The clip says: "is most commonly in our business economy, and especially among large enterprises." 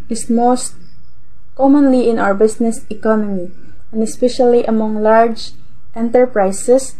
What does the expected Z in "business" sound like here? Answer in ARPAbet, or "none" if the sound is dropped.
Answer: S